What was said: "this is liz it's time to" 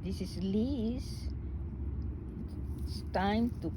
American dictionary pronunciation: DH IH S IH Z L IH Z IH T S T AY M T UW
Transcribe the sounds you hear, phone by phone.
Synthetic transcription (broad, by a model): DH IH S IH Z L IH S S T AY M T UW